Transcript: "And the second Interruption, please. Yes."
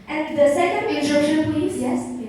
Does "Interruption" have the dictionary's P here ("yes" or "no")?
no